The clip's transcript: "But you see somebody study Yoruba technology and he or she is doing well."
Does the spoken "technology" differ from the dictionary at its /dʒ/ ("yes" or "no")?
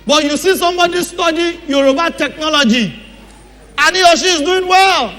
no